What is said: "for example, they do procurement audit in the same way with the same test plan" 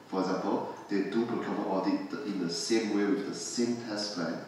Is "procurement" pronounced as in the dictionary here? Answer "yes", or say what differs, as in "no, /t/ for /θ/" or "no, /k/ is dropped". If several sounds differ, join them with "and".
no, /n/ is dropped